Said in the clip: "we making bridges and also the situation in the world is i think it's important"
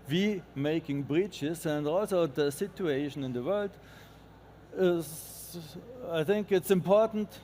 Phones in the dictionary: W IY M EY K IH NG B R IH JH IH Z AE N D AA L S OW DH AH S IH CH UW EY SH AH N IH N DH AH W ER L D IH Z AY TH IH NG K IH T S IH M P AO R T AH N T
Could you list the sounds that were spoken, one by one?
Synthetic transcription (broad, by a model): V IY M EY K IH NG B R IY CH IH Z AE N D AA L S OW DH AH S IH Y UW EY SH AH N IH N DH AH W ER L D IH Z AY TH IH NG K IH T S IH M P AO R T N T